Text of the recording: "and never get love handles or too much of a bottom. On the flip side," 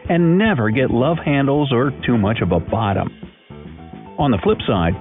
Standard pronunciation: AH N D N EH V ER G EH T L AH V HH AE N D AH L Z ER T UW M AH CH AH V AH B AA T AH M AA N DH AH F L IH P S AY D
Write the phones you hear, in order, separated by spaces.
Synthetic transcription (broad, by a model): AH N N EH V ER G EH T L AH V HH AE N D L Z ER T UW M AH CH AH V AH B AA T AH M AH N DH AH F L IH P S AY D